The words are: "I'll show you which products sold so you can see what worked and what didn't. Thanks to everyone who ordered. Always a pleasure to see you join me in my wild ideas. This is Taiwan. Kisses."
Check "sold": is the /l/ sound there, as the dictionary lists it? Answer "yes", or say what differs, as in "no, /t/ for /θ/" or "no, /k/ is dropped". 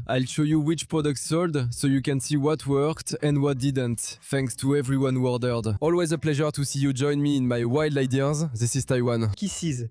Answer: yes